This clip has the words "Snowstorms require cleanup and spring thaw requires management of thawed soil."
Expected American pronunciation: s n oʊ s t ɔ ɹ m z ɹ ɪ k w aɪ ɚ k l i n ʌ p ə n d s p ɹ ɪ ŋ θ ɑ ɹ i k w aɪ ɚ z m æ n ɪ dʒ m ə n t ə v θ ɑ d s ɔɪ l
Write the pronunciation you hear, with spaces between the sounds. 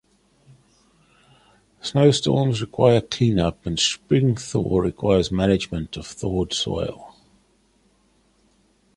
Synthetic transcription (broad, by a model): s n oʊ s t ɔ m z ɹ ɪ k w aɪ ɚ k l i n ʌ p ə n s p ɹ ɪ ŋ θ ɑ ɹ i k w aɪ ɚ z m æ n ɪ dʒ m ə n t ə v θ ɑ d s ɔɪ l